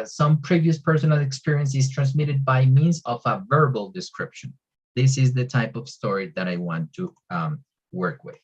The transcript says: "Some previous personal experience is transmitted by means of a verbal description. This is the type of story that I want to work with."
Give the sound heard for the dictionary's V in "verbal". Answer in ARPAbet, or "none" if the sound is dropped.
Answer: V